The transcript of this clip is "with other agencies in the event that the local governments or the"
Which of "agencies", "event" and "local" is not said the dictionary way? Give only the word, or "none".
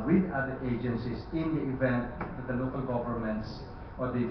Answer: agencies